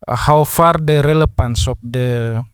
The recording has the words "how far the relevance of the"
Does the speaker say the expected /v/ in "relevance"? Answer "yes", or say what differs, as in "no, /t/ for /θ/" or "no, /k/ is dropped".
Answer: no, /f/ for /v/